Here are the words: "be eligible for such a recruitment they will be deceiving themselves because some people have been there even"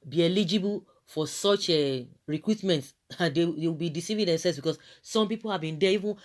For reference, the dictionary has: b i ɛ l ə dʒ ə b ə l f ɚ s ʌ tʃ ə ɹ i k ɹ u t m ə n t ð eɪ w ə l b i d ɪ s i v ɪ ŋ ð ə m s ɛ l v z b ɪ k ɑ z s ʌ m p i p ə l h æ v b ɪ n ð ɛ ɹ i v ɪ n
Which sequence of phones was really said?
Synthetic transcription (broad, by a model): b i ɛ l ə dʒ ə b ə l f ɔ s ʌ tʃ ə ɹ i k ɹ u t m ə n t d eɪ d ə w b i d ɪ s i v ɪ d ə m s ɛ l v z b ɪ k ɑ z s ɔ m p i p ə l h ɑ v b ɪ n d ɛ i v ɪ n